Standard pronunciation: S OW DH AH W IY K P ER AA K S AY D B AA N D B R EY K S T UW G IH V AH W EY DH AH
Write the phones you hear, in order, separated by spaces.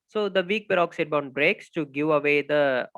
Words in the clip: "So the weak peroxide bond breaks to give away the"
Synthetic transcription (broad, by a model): S OW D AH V IY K B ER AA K S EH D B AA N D B R EY K S T UW G IH V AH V EY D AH